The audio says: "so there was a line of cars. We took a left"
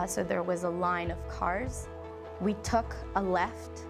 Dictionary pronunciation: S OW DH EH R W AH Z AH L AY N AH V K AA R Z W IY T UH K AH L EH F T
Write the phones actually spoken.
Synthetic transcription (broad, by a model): S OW DH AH R W AH Z AH L AY N AH V K AA R Z W IY T UH K AH L EH F T